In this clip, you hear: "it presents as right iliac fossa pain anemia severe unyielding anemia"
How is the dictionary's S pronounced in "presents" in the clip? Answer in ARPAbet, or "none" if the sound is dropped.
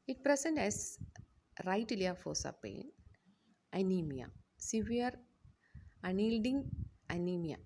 none